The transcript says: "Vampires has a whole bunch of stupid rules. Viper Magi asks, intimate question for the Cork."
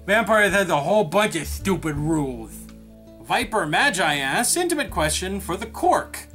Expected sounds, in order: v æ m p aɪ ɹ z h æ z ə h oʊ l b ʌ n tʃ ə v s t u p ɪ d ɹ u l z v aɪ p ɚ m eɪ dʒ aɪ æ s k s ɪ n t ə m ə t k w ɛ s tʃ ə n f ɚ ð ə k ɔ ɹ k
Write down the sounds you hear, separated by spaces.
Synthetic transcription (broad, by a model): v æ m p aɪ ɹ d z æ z ə h oʊ l b ʌ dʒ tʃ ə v s t u p ɪ d ɹ u l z v aɪ p ɚ m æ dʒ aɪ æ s s ɪ n t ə m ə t k w ɛ s tʃ ə n f ɚ ð ə k ɔ ɹ k